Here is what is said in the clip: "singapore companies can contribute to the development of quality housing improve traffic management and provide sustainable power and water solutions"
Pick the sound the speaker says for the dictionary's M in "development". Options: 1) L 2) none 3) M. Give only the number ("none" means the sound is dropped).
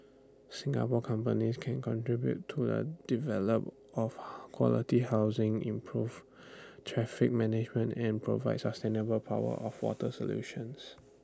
2